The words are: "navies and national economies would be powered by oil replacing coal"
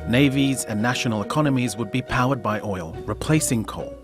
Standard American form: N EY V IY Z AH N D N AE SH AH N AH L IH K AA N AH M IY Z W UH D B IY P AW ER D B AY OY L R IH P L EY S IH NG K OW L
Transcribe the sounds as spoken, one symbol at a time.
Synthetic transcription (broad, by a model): N EY V IY Z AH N N AE SH AH N AH L IH K AA N AH M IY Z W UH D B IY P AW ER D B AY OY L R IH P L EY S IH NG K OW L